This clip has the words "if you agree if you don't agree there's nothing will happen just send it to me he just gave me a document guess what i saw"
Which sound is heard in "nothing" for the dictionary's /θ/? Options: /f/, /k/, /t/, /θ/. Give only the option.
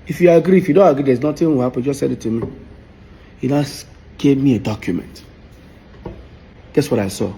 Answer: /t/